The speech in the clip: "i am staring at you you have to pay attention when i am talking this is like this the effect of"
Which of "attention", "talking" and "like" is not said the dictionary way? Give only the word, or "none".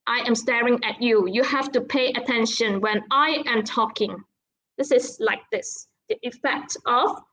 none